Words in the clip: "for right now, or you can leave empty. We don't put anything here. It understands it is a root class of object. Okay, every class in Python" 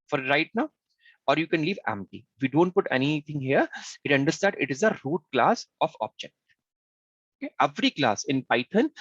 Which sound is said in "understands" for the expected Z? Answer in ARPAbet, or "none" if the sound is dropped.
none